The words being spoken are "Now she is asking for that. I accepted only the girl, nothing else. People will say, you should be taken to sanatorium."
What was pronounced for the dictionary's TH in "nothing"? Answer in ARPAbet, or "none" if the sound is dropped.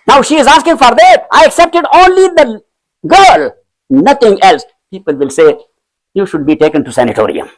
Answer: T